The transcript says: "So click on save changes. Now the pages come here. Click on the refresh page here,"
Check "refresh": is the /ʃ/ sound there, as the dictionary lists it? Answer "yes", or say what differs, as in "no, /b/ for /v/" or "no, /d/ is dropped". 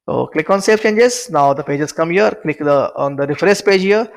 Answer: no, /s/ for /ʃ/